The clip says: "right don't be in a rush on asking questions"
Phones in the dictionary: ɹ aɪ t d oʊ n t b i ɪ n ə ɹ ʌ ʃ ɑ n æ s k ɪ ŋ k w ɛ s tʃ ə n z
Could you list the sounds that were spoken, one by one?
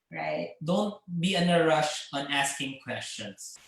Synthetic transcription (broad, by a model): ɹ aɪ t d oʊ n t b i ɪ n ə ɹ ʌ ʃ ɑ n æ s k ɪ ŋ k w ɛ s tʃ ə n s